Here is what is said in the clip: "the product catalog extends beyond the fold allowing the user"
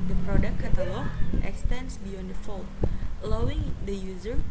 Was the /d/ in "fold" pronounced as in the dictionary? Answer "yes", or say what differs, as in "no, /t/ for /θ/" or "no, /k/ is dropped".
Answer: no, /d/ is dropped